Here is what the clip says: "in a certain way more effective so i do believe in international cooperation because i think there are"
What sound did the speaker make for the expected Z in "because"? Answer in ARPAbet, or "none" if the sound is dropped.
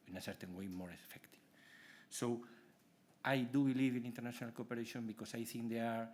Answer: S